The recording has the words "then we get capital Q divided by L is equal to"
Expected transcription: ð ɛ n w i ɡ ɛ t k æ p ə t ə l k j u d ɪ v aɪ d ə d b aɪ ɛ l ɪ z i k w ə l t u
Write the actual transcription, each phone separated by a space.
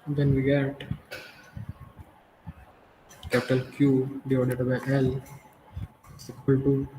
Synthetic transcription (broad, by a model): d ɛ n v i ɡ ɛ t k æ p ə t ə l k j u d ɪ ɔ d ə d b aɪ ɛ l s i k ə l t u